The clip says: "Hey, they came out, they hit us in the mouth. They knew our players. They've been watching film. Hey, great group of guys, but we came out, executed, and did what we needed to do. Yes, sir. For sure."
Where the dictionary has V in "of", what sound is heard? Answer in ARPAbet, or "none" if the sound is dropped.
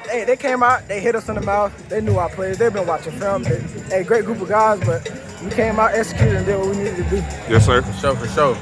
V